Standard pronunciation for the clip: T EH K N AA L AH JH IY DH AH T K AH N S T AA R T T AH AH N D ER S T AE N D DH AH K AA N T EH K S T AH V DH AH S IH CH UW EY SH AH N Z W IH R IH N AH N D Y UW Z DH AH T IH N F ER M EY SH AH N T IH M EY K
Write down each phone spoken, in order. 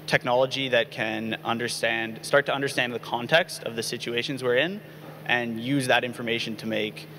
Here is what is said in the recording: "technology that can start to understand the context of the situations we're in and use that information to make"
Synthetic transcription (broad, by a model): T EH K N AA L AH JH IY DH AH T K AH N S T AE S T T AH AH N D ER S T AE N DH AH K AA N T EH K S T AH V DH AH S IH CH UW EY SH AH N Z W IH R IH N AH N Y UW Z DH AH T IH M F ER M EY SH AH N T IH M EY K